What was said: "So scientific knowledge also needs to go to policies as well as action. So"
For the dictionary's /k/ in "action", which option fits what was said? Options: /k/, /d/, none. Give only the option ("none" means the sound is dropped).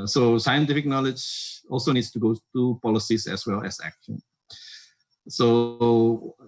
/k/